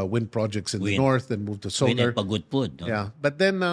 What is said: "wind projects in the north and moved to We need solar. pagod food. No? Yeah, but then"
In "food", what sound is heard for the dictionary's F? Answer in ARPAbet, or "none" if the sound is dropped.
P